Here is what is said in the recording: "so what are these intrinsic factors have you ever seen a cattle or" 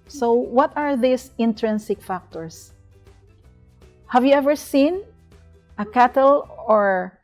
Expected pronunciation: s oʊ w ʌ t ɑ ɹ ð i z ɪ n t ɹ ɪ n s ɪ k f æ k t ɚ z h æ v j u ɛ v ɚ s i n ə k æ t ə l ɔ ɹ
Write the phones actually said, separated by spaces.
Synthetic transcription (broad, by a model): s oʊ w ʌ t ɑ ɹ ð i s ɪ n t ɹ ɪ n s ɪ k f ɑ k t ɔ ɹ h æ v j u ɛ v ɚ s i n ə k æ t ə l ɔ ɹ